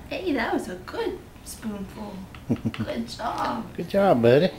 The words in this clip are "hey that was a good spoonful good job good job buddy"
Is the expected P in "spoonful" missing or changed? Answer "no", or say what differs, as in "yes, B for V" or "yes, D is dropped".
no